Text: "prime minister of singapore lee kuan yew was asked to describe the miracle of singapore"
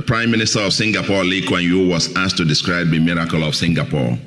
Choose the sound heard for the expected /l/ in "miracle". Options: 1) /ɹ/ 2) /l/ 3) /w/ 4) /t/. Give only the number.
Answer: 2